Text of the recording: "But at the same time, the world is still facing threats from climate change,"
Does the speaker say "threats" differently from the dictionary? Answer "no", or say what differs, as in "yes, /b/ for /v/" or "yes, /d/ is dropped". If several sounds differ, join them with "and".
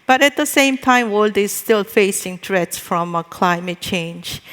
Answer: yes, /t/ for /θ/